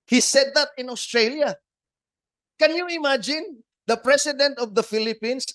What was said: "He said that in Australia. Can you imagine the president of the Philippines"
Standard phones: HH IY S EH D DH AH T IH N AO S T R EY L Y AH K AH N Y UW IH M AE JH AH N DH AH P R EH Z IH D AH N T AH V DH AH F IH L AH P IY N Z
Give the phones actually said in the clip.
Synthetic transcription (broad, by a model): HH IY S EH D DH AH T IH N AO S T R EY L Y AH K AH N Y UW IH M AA JH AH N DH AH P R EH S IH D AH N T AH V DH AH F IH L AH P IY N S